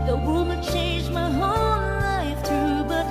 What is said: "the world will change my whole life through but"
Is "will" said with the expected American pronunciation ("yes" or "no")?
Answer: no